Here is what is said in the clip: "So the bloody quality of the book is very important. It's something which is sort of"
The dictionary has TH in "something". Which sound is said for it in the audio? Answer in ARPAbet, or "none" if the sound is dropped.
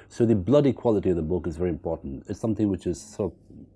TH